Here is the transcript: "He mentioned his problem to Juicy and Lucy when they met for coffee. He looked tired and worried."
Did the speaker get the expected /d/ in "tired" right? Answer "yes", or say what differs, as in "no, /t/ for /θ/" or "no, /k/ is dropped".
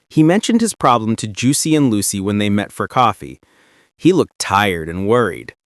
yes